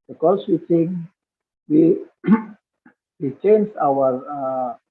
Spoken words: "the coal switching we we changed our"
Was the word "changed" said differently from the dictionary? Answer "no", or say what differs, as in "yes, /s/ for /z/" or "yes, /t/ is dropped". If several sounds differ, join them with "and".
yes, /d/ is dropped